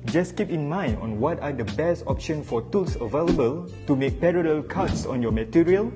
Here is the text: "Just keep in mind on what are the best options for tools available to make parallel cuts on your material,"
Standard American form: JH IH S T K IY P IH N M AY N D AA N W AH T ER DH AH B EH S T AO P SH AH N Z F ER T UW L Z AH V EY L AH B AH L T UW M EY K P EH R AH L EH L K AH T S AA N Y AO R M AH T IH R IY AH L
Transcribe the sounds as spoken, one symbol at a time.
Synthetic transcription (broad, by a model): JH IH S K IY P IH N M AY N D AA N W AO T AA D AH B EH S T AO P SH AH N F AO T UW L S AH V EY L AH B AH L T UW M EY K P EH R AH L EH L K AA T S AA N Y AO M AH T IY R IY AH L